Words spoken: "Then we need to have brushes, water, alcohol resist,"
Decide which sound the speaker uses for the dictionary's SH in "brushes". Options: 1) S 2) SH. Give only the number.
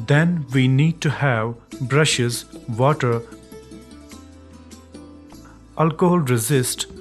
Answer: 2